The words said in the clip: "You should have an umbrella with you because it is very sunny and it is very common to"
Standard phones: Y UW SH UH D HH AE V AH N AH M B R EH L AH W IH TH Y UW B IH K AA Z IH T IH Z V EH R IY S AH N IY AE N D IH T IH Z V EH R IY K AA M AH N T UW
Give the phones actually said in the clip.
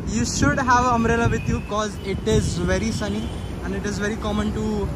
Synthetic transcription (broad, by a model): Y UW SH UH D HH AE V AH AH M R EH L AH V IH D Y UW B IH K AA Z IH T IH Z V EH R IY S AH N IY AE N D IH T IH Z V EH R IY K AA M AH N T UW